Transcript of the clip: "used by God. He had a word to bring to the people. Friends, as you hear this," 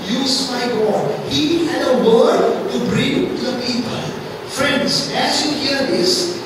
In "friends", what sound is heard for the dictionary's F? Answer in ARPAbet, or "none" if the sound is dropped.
F